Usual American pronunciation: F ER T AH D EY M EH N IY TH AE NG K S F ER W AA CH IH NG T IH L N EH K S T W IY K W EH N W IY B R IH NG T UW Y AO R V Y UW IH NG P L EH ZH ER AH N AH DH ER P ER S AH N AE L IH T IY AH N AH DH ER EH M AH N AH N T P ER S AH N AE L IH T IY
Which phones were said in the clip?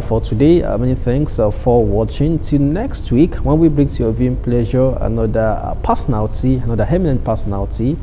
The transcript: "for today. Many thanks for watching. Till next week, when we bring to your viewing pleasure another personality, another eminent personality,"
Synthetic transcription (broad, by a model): F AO T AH D EY M EH N IY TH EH NG K S F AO W AA CH IH NG T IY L N EH K S T W IY K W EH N W IY B R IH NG T UW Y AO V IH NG P L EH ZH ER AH N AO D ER P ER S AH N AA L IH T IY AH N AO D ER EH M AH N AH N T P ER S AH N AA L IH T IY